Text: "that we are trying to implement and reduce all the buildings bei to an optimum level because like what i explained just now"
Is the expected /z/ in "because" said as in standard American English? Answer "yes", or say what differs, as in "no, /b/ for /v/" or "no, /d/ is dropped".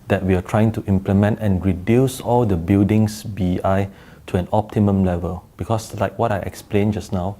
no, /s/ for /z/